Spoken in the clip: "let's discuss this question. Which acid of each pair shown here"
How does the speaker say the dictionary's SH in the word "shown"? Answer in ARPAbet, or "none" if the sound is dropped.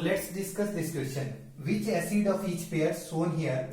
S